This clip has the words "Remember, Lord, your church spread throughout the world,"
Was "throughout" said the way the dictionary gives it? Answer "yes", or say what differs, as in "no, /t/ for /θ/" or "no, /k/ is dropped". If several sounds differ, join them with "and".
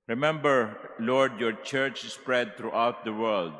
no, /t/ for /θ/